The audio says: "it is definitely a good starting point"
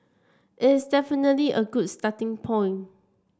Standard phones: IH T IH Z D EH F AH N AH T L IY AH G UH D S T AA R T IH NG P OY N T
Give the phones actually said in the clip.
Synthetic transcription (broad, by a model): IH T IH S D EH F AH N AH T L IY AH G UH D S T AA T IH NG P OY N